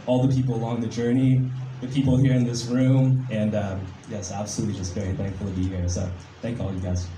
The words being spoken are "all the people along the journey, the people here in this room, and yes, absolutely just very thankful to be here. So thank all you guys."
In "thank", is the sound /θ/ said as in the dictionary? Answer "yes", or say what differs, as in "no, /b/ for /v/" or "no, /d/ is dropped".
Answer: yes